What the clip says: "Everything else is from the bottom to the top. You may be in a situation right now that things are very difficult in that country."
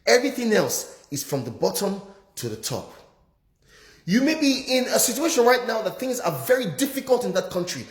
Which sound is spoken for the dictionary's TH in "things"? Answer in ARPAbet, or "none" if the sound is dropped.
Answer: TH